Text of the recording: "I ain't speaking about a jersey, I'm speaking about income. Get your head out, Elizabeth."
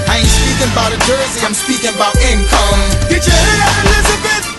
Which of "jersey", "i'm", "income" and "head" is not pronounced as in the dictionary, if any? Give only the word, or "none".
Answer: head